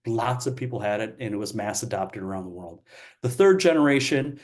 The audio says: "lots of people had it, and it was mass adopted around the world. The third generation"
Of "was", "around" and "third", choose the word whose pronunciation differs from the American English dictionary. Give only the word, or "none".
none